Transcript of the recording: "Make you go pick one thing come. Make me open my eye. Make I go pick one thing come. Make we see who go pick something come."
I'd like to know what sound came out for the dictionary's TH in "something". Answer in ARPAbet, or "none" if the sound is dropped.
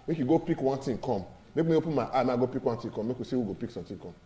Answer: T